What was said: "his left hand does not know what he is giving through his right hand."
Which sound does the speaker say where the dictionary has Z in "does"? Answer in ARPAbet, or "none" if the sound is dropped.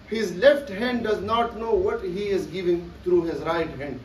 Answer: Z